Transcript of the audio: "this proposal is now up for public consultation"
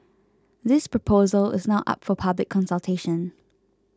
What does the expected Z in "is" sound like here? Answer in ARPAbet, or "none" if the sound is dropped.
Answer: Z